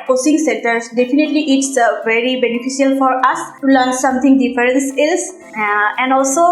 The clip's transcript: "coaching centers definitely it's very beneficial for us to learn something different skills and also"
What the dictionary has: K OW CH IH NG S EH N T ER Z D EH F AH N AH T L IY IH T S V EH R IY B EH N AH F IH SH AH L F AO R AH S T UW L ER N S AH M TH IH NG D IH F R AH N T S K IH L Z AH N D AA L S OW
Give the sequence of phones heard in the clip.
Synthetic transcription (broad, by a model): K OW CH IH NG S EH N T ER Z D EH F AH N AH T L IY IH T S V EH R IY B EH N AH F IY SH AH L F AO R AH S T UW L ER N S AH M T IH NG D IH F R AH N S IH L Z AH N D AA L S OW